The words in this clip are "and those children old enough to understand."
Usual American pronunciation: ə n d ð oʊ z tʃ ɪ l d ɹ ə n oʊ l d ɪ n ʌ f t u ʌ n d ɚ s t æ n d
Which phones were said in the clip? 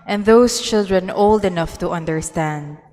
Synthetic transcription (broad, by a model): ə n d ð oʊ s tʃ ɪ l d ɹ ə n oʊ l d ɪ n ʌ f t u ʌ n d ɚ s t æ n d